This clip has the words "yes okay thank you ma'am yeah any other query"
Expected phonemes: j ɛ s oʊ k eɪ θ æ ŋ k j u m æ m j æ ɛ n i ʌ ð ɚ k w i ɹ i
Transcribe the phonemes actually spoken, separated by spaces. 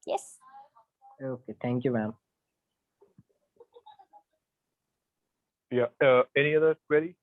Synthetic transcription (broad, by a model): j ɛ s oʊ k eɪ θ æ ŋ k j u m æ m j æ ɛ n i ʌ ð ɚ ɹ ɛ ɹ i